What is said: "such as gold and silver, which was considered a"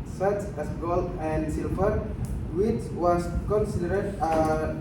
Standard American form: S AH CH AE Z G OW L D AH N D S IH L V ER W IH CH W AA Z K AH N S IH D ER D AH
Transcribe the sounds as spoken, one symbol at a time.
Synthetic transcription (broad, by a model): S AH CH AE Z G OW L AH N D S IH L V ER W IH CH W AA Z K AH N S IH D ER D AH